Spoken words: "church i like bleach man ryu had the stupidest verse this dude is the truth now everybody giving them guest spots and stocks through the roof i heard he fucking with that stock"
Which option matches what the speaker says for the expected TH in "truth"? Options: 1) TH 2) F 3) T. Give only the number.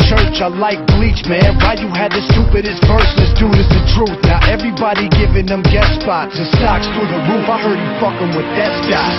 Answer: 1